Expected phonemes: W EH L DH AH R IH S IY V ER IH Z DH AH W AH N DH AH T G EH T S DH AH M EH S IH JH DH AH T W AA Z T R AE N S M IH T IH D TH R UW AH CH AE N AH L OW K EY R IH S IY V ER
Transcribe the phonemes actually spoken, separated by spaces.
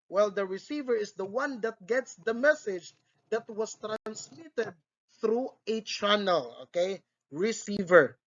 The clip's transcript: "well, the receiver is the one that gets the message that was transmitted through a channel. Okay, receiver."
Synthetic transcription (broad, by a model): W EH L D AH R IH S IY V ER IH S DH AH W AH N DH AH T G EH T S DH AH M EH S IH JH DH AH T W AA S T R AE N S M IH T IH D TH R UW AH CH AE N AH L OW K EY R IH S IY V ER